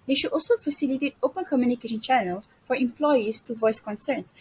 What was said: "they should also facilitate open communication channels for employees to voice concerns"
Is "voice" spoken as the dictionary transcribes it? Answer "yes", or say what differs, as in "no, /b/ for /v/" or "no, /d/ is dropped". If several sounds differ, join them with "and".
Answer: yes